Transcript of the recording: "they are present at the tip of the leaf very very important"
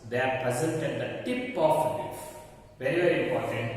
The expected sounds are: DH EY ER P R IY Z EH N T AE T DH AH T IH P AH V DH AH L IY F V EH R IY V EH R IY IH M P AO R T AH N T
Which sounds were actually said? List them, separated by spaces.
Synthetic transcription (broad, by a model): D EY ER P R IY Z EH N T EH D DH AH T IH P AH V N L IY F V EH R IY V EH R IY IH M P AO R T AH N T